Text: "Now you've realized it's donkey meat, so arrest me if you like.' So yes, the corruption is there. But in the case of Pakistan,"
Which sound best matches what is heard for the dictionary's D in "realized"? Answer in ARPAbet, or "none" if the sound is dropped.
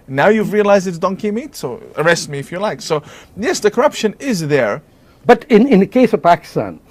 D